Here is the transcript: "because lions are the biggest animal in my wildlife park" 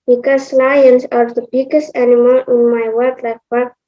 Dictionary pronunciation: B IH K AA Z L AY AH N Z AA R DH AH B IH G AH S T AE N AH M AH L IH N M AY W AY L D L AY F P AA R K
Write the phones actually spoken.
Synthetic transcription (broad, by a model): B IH K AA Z L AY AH N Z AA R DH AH B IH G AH S T AE N AH M AH L IH N M AY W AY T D L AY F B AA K